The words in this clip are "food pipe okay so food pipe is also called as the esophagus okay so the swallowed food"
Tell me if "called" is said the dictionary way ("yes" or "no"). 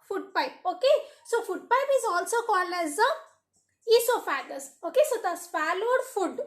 no